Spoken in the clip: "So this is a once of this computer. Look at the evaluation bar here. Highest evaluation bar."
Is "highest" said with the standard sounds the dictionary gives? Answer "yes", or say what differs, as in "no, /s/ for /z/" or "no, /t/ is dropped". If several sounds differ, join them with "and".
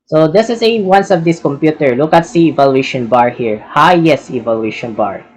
no, /t/ is dropped